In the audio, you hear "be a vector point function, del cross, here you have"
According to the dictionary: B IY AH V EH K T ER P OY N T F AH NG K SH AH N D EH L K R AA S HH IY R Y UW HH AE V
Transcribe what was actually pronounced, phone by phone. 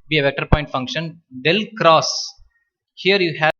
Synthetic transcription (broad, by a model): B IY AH V EH K T ER P OY N T F AH NG K SH AH N D EH L K R AA S HH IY R Y UW HH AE